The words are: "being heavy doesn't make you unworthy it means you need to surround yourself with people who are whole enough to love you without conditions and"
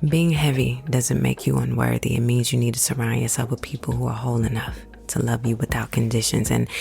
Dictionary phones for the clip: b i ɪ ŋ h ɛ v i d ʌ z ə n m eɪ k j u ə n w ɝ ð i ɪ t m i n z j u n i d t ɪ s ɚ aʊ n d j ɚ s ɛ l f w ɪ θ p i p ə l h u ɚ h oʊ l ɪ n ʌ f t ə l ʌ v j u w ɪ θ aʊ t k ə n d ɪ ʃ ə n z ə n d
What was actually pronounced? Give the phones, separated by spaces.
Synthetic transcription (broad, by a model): b i ɪ ŋ h ɛ v i d ʌ z ə n m eɪ k j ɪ ə n w ɝ ð i ɪ t m i n z j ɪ n i d t ɪ s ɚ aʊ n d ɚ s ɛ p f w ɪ p i p l h u ɚ h oʊ l ɪ n ʌ f t ə l ʌ v j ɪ w ɪ θ aʊ t k ə n d ɪ ʃ ə n z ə n